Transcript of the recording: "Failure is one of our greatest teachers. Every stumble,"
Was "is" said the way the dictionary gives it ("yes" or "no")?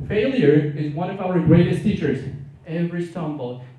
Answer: yes